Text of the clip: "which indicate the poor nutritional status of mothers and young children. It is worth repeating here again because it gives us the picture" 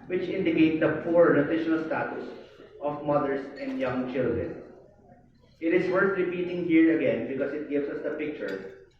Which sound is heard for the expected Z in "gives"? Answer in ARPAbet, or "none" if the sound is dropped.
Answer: S